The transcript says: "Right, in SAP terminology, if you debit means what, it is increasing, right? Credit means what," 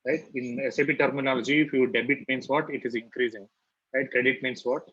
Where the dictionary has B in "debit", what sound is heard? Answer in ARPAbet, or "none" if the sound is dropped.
B